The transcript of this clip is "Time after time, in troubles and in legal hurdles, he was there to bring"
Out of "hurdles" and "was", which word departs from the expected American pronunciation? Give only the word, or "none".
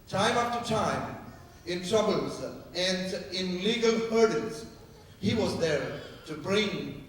hurdles